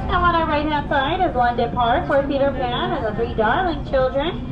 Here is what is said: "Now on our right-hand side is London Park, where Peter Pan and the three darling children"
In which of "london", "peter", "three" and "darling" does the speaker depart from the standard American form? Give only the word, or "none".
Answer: london